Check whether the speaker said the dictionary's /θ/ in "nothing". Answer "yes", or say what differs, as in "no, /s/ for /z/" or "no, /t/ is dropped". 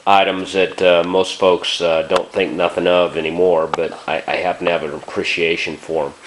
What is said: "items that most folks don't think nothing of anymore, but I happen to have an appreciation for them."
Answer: yes